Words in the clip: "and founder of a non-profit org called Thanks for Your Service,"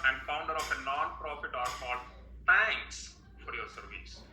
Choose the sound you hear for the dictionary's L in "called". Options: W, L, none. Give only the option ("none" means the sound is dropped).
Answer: none